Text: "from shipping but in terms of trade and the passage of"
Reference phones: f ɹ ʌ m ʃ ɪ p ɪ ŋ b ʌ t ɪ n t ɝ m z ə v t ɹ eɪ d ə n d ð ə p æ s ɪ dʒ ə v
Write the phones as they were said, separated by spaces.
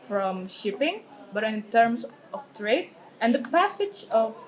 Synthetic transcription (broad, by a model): f ɹ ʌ m ʃ ɪ p ɪ ŋ b ʌ t ɪ n t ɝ m s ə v t ɹ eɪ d ə n d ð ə p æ s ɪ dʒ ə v